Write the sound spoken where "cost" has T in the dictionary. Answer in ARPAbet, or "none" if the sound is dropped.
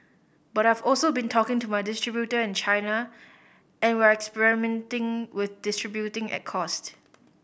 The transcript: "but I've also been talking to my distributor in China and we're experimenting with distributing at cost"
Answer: T